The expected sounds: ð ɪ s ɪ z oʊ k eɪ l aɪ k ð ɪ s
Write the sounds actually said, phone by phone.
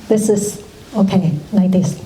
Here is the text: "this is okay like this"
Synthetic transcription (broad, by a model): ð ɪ s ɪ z oʊ k eɪ n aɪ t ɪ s